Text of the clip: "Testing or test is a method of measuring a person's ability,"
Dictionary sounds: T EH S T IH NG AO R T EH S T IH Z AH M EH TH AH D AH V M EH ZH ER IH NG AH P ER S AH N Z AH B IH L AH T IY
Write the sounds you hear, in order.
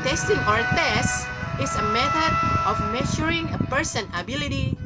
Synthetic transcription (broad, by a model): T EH S T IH NG AO R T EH S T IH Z AH M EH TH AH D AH F M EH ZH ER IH NG AH P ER S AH N AH B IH L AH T IY